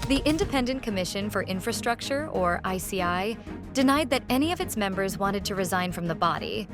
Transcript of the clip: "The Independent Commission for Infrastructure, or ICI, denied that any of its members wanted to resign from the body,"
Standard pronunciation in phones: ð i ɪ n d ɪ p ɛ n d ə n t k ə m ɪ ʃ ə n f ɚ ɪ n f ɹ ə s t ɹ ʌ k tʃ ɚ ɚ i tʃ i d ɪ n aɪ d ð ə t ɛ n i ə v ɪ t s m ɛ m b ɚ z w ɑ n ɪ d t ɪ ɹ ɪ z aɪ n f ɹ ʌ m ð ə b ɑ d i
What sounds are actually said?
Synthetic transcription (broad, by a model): ð i ɪ n d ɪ p ɛ n d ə n k ə m ɪ ʃ ə n f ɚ ɪ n f ɹ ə s t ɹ ʌ k tʃ ɚ ɚ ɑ s i d ɪ n aɪ d ð ə t ɛ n i ə v ɪ t s m ɛ m b ɚ z w ɑ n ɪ d t ɪ ɹ ɪ z aɪ n f ɹ ʌ m ð ə b ɑ d i